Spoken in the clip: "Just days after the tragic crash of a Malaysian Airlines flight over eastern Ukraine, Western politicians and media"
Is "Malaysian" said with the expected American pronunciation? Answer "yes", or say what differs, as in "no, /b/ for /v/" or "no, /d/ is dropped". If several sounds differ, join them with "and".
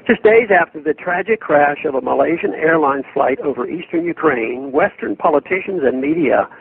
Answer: yes